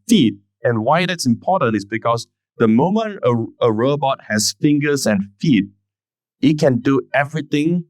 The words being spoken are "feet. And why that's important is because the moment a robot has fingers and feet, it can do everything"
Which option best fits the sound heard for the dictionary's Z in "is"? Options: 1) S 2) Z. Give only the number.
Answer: 1